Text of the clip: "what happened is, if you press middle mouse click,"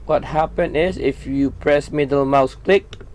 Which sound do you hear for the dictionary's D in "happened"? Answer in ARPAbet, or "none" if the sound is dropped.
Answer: none